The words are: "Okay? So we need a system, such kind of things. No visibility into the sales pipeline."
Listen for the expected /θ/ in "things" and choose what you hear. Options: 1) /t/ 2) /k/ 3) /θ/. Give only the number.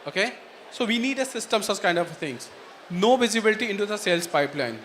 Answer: 1